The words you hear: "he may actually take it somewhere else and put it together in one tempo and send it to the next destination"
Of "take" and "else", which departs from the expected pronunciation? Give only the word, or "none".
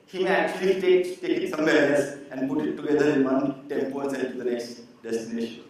else